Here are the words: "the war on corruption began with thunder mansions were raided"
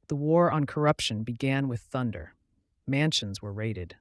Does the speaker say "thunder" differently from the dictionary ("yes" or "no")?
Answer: no